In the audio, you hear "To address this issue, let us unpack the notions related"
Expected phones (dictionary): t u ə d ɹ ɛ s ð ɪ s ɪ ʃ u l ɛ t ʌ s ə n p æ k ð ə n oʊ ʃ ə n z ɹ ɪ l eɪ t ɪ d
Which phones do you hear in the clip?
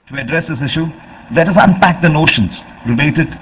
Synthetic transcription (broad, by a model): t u ə d ɹ ɛ s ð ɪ s ɪ ʃ u l ɛ t ʌ s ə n p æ k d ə n oʊ ʃ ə n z ɹ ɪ l eɪ t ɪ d